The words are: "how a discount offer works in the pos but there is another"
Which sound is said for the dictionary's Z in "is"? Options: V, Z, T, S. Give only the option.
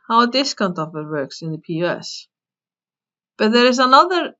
Z